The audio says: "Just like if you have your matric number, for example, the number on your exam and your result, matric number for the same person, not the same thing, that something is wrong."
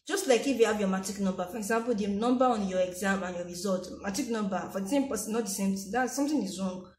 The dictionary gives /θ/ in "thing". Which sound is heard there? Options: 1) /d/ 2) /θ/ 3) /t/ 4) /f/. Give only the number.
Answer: 3